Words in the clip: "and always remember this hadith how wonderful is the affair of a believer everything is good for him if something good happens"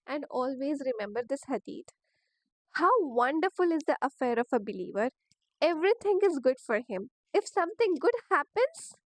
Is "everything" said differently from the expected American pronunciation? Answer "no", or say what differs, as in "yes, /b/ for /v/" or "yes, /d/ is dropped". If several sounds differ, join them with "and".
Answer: yes, /t/ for /θ/